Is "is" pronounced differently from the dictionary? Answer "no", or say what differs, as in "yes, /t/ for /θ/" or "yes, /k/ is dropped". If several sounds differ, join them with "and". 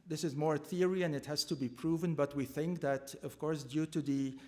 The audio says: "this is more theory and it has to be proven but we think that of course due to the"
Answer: no